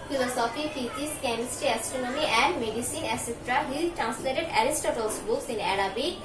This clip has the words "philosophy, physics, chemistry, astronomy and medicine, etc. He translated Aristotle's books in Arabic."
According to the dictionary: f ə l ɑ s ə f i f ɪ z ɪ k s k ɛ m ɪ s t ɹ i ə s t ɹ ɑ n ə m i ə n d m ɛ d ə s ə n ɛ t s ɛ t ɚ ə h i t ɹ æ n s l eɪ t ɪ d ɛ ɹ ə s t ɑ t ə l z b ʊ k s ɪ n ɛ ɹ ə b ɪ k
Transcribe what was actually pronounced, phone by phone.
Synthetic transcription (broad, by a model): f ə l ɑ s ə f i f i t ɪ s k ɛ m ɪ s t i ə s t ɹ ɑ n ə m i ə n d m ɛ d ə s ə n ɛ s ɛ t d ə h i t ɹ æ n s l eɪ t ɪ d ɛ ɹ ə s t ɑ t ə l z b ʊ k s ɪ n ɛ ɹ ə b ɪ